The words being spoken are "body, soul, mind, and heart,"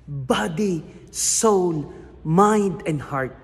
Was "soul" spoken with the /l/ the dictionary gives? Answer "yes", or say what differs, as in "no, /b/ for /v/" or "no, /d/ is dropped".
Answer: no, /n/ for /l/